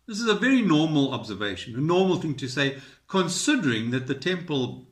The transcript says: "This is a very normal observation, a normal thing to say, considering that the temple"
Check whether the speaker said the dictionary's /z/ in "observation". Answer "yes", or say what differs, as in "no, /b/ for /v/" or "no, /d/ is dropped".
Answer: yes